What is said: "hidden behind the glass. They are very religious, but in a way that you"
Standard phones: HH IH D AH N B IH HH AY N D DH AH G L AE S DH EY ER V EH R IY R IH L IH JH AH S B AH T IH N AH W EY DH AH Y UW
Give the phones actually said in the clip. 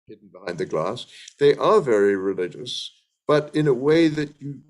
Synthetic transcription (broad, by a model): HH IH D N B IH HH AY N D DH AH G L AE S DH EY ER V EH R IY R IH L IH JH AH S B AH T IH N AH W EY DH AH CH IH